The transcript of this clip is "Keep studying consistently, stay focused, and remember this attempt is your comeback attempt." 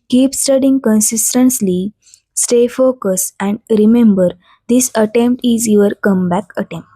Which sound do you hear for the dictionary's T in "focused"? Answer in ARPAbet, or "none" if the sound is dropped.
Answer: none